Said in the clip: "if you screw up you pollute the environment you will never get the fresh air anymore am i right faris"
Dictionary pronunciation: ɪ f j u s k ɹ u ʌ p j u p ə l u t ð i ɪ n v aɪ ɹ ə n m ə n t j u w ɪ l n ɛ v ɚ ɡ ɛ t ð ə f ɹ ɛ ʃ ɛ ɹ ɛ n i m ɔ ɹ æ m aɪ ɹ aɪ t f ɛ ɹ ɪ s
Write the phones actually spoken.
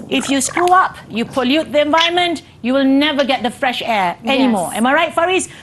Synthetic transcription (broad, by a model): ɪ f j u s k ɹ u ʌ p j u p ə l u t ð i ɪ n v aɪ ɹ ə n m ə n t j u w ɪ l n ɛ v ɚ ɡ ɛ t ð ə f ɹ ɛ ʃ ɛ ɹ ɛ n i m ɔ ɹ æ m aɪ ɹ aɪ t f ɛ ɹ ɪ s